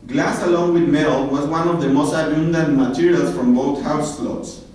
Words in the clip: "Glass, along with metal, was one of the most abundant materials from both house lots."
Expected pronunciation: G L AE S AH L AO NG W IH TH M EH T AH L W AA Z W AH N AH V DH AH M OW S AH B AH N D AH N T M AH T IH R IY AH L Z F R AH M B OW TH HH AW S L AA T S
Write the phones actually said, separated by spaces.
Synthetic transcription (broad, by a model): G L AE S AH L AO NG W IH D M EH T AH L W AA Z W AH N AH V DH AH M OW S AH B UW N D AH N M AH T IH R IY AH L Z F R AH M B OW T HH AW S L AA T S